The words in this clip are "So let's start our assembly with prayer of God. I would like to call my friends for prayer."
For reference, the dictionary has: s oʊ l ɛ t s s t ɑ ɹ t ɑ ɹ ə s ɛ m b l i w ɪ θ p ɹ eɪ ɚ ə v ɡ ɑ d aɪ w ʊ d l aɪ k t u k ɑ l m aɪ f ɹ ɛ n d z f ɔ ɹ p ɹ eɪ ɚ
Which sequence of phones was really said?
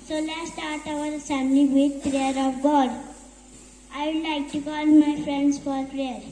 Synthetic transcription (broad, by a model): s oʊ l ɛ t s s t ɑ ɹ t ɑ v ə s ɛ m l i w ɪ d p ɹ eɪ ɚ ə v ɡ ɑ d aɪ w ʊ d l aɪ k t u k ɑ l m aɪ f ɹ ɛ n d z f ɔ ɹ p ɹ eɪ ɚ